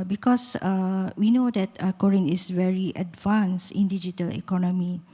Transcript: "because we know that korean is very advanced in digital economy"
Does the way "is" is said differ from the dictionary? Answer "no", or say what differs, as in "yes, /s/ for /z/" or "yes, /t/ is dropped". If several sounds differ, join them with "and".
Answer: yes, /s/ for /z/